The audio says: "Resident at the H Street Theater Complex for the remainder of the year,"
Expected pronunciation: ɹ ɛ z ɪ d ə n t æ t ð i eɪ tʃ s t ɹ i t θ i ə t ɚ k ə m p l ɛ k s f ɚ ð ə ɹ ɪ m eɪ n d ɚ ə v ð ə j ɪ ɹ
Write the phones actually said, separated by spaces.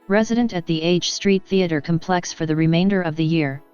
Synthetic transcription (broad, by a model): ɹ ɛ z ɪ d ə n t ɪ t ð i eɪ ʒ s t ɹ i t θ i ə t ɚ k ə m p l ɛ k s f ɚ ð ə ɹ ɪ m eɪ n d ɚ ə v ð ə j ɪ ɹ